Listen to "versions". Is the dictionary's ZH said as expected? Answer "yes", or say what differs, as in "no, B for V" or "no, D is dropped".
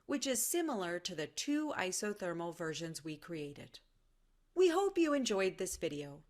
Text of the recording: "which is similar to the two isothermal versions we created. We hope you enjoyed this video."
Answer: yes